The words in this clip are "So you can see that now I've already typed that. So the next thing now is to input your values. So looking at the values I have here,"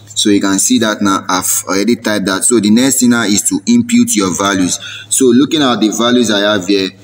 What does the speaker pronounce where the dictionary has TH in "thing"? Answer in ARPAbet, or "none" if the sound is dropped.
T